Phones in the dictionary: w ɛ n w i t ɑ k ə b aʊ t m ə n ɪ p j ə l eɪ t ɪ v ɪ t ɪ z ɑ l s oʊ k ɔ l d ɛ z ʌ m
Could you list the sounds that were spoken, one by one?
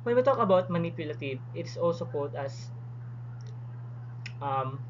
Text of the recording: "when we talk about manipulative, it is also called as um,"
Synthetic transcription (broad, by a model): w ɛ n w i t ɑ k ə b aʊ t m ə n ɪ p j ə l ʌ t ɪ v ɪ t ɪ s ɑ l s oʊ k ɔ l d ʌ s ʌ m